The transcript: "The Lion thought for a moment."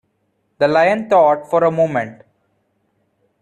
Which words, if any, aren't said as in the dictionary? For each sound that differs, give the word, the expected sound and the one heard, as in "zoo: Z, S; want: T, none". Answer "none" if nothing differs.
thought: TH, T